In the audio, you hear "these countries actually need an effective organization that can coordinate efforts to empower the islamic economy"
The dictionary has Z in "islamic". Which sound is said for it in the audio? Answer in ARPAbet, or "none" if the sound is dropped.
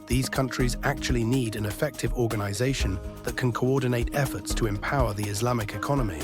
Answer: Z